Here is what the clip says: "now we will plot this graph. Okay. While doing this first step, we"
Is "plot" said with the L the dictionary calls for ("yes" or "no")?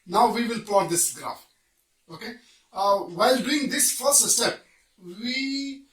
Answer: no